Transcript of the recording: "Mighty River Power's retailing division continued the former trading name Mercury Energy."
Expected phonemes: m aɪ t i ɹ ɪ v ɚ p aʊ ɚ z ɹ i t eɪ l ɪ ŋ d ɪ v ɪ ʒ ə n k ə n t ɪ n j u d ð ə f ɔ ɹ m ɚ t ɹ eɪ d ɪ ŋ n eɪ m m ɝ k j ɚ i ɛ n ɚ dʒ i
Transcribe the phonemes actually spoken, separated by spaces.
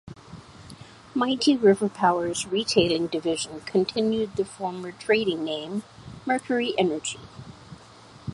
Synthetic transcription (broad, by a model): m aɪ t i ɹ ɪ v ɚ p aʊ ɚ z ɹ i t eɪ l ɪ ŋ d ɪ v ɪ ʒ ə n k ə n t ɪ n j u d ð ə f ɔ ɹ m ɚ t ɹ eɪ d ɪ ŋ n eɪ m m ɝ k j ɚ i ɛ n ɚ dʒ i